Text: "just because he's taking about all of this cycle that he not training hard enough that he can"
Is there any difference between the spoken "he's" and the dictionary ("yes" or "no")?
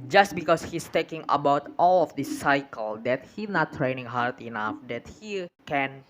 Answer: yes